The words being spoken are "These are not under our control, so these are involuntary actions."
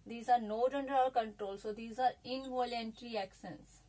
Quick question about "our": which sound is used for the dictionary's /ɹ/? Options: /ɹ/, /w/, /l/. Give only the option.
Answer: /l/